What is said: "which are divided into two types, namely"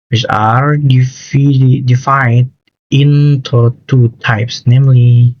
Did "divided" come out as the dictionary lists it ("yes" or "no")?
no